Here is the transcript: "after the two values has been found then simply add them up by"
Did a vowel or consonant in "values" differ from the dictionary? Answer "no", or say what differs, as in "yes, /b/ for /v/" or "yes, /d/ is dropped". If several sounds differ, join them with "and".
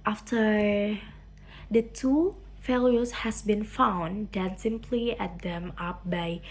yes, /f/ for /v/ and /s/ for /z/